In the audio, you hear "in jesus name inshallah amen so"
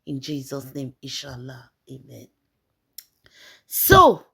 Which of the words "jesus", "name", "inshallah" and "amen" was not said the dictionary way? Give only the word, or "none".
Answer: inshallah